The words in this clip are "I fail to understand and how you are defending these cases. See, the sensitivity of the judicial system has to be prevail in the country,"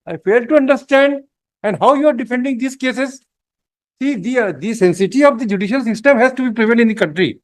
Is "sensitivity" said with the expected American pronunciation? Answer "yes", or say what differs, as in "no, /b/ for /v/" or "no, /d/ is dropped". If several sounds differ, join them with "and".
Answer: no, /n/ is dropped